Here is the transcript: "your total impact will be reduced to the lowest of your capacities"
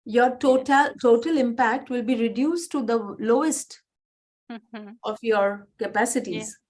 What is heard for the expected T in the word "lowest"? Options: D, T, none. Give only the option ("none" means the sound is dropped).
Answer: T